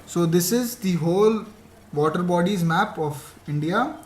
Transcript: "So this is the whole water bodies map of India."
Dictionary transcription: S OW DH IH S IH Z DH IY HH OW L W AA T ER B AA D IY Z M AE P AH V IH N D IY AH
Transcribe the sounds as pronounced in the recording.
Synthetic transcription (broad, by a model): S OW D IH S IH Z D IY HH OW L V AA T ER B AA D IY Z M AE P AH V IH N D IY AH